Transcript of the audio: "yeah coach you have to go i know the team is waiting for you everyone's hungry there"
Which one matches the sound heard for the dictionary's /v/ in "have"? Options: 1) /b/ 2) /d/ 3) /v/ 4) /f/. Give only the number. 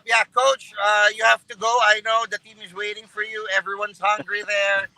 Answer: 4